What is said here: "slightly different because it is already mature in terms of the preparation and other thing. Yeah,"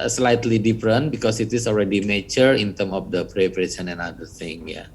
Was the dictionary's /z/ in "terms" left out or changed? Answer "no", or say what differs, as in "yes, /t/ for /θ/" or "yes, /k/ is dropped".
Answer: yes, /z/ is dropped